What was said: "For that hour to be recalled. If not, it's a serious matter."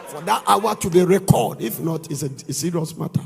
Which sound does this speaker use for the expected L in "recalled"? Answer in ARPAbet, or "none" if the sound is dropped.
none